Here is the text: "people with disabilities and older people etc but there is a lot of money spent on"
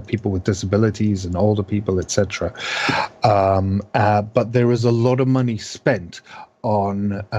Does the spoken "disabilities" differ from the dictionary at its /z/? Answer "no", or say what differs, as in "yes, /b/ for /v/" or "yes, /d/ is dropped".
no